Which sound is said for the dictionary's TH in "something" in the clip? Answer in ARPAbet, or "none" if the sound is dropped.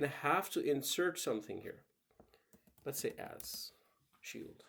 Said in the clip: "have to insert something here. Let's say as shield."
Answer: TH